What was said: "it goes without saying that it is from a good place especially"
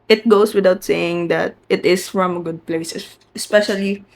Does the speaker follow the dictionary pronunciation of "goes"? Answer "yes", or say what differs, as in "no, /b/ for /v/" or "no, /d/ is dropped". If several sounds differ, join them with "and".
no, /s/ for /z/